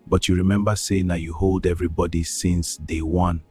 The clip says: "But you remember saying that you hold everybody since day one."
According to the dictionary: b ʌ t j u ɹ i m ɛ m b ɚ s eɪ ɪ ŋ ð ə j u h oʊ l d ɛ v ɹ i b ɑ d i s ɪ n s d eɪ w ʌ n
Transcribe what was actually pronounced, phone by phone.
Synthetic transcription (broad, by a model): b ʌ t j u ɹ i m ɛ m b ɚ s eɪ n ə j u h oʊ l d ɛ v ɹ i b ɑ d i s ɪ n s d eɪ w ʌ n